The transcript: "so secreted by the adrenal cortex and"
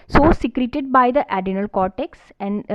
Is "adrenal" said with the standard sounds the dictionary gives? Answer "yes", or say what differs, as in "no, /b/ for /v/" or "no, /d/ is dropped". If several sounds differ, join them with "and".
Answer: no, /ɹ/ is dropped